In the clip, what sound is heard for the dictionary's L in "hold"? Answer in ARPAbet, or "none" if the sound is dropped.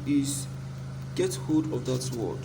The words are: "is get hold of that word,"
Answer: none